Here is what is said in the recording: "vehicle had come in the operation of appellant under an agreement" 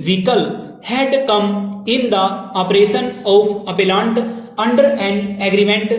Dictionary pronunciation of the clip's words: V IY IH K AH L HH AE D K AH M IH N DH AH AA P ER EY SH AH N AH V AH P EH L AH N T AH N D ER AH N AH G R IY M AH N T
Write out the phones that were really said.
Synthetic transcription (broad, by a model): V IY K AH L HH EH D K AH M IH N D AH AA P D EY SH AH N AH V AH P EH L AH N T AH N D ER AH N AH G R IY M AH N T